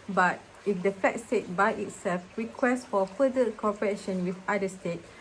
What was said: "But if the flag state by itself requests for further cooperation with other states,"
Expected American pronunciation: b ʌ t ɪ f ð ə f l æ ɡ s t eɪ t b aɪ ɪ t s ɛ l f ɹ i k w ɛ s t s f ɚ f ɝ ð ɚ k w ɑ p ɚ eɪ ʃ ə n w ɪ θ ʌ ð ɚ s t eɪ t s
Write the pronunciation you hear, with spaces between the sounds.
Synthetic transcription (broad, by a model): b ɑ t ɪ f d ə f ɛ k s t eɪ t b aɪ ɪ t s ɛ l f ɹ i k w ɛ s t f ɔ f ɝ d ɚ k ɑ p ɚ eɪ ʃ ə n w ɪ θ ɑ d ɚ s t eɪ t